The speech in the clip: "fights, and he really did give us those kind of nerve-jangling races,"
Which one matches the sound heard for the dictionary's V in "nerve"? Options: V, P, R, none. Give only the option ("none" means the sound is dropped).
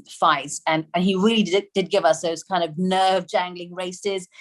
V